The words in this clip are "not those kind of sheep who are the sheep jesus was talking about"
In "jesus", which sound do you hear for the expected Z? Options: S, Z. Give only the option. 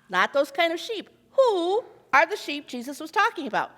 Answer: Z